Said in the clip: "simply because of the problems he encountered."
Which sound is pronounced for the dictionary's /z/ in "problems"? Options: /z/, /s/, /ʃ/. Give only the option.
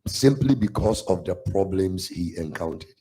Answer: /s/